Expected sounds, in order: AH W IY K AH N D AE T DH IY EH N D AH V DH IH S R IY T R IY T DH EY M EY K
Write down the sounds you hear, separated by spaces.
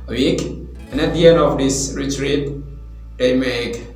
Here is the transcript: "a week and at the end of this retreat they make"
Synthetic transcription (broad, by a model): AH W IY K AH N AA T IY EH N AH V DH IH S R IY T R IY T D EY M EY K